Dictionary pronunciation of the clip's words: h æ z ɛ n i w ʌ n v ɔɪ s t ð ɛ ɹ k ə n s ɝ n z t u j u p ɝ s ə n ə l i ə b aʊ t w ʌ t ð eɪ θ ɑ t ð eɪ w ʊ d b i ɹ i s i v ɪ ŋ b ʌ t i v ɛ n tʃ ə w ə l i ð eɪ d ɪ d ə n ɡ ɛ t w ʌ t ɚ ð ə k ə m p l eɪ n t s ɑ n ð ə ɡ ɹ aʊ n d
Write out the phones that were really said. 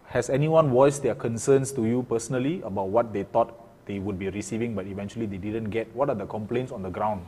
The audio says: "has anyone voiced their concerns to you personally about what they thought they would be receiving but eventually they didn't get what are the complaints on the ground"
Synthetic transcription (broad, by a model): h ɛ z ɛ n i w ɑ n w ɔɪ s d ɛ k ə n s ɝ n s t u j u p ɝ s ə n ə l i ə b aʊ t w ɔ t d eɪ t ɑ t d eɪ w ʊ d b i ɹ i s i v ɪ ŋ b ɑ t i v ɛ n tʃ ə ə l i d eɪ d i d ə n ɡ ɛ t w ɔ t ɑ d ə k ə m p l eɪ n t s ɑ n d ə ɡ ɹ aʊ n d